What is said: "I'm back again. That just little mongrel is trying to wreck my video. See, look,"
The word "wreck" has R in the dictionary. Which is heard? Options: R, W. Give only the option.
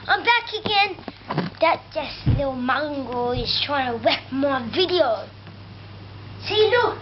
W